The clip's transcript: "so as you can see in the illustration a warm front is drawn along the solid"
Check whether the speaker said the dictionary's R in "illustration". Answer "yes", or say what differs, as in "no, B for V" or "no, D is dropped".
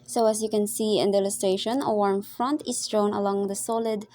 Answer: no, R is dropped